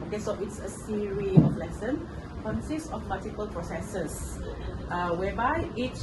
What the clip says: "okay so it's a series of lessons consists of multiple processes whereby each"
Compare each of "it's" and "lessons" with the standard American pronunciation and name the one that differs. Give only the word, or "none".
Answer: lessons